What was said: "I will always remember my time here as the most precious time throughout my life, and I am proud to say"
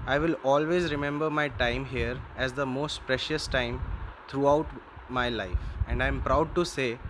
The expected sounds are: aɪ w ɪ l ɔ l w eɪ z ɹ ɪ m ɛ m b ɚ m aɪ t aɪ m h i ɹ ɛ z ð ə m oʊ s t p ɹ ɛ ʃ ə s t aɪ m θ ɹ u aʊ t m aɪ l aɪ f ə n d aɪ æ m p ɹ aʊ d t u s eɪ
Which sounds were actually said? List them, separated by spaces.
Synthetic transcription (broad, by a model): aɪ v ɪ l ɔ l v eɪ z ɹ ɪ m ɛ m b ɚ m aɪ t aɪ m h i ɹ ɛ z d ə m oʊ s t p ɹ ɛ ʃ ə s t aɪ m t ɹ u aʊ t m aɪ l aɪ f ə n d aɪ m p ɹ aʊ d t u s eɪ